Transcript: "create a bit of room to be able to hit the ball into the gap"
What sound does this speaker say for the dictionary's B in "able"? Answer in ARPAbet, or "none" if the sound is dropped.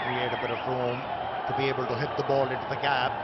B